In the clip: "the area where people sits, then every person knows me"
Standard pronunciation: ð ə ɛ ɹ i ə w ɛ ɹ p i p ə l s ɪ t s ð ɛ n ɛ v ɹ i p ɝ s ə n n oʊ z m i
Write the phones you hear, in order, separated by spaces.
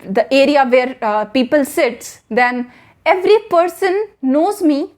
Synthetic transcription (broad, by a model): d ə ɛ ɹ i ə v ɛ ɹ p i p ə l s ɪ t s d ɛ n ɛ v ɹ i p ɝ s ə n n oʊ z m i